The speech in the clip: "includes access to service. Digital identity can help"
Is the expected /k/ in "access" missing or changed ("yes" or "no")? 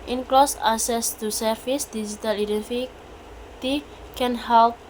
yes